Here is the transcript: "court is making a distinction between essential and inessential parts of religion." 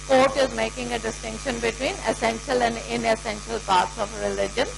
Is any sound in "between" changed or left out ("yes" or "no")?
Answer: no